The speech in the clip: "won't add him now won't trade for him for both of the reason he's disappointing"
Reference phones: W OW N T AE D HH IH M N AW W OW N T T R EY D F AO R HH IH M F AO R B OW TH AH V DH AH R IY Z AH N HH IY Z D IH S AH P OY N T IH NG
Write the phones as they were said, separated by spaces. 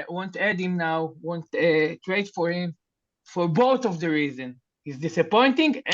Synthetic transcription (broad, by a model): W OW N T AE D HH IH M N AW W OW N T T R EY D F AO R HH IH M F AO R B OW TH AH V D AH R IY Z AH N HH IY Z D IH S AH P OY N T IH NG